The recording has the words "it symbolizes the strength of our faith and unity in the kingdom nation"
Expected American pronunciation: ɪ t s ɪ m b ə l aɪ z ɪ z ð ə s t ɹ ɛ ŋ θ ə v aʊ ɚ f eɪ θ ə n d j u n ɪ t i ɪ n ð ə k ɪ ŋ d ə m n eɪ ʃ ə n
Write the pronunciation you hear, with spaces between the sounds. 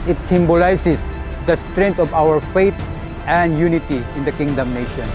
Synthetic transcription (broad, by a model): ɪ t s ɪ m b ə l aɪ s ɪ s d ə s t ɹ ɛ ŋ t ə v aʊ ɚ f eɪ t ə n d j u n ɪ t i ɪ n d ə k ɪ ŋ d ə m n eɪ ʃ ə n